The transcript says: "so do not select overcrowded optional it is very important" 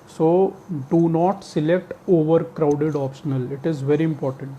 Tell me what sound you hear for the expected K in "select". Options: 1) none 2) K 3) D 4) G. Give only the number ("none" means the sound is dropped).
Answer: 2